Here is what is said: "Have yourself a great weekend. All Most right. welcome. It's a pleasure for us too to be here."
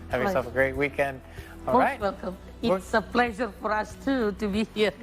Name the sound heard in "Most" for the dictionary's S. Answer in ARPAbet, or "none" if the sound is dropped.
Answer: none